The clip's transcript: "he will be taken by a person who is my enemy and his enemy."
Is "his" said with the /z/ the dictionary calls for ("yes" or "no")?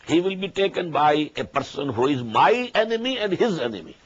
yes